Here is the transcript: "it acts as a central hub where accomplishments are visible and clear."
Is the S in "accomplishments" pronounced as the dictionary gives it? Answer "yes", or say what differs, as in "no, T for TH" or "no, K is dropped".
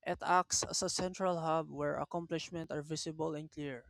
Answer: no, S is dropped